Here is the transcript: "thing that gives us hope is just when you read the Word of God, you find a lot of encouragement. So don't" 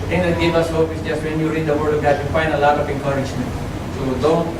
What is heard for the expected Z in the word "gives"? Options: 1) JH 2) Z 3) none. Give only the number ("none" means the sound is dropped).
3